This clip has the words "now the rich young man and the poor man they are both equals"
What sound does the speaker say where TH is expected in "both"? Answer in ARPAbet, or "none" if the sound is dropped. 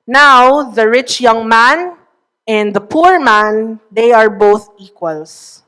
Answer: TH